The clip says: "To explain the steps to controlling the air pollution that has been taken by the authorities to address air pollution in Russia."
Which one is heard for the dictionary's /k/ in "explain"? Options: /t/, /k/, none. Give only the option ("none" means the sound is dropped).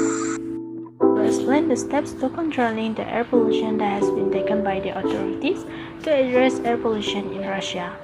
none